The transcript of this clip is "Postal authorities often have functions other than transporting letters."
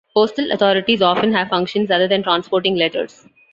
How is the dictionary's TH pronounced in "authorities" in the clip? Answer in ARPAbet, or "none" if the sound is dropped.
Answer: T